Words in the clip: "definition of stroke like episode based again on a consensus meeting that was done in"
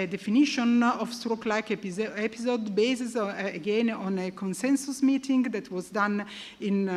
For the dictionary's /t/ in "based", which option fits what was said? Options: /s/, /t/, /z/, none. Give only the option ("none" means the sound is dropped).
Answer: none